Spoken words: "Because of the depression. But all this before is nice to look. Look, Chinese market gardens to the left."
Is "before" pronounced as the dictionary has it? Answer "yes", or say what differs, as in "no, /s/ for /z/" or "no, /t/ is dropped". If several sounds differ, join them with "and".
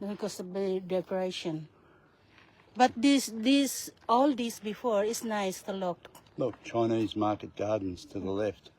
yes